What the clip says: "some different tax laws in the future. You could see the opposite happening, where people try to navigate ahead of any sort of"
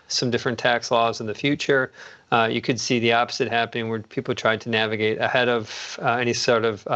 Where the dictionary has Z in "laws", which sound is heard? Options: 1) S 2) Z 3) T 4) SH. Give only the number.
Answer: 2